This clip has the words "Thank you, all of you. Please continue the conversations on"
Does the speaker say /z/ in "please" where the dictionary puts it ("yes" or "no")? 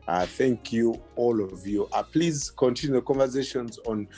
yes